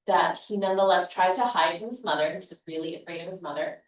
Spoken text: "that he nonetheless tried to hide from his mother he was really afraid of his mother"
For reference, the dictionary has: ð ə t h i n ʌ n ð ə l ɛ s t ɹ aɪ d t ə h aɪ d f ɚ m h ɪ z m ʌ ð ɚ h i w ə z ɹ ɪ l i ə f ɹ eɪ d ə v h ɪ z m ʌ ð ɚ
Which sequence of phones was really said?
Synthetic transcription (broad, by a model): ð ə t h i n ʌ n ð ə l ɛ s t ɹ aɪ d t ə h aɪ d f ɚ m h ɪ z m ʌ ð ɚ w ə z ɹ ɪ l i ə f ɹ eɪ d ə v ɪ z m ʌ ð ɚ